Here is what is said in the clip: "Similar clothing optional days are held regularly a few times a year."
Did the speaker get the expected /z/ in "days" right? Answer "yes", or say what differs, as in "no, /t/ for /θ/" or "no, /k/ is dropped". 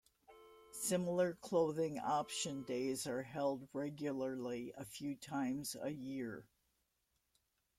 yes